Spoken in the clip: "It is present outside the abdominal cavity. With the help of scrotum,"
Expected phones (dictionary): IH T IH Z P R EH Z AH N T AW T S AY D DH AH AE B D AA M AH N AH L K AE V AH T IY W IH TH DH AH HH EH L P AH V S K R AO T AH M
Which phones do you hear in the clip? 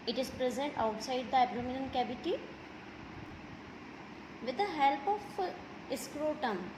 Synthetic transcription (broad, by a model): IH T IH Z P R EH Z AH N T AW T S AY D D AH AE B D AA M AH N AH N K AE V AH T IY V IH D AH HH EH L P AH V S K R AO T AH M